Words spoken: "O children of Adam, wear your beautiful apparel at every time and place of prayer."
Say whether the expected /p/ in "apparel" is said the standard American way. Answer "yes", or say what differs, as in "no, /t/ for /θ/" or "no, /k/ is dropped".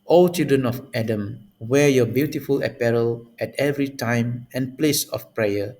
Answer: yes